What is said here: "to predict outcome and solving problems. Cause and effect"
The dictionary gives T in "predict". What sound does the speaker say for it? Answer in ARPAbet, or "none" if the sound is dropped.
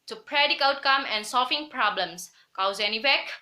none